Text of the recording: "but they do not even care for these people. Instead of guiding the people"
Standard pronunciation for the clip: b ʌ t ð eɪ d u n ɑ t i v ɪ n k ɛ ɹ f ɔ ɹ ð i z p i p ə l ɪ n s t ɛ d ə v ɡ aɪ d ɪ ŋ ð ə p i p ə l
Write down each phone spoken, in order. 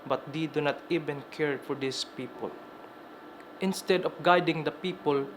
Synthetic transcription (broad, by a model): b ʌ t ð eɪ d u n ɑ t i v ɪ n k ɛ ɹ f ɔ ɹ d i s p i p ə l ɪ n s t ɛ d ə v ɡ aɪ d ɪ ŋ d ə p i p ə l